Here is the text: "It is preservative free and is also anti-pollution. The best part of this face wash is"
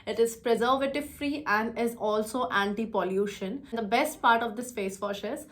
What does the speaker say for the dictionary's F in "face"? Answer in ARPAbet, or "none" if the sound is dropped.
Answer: P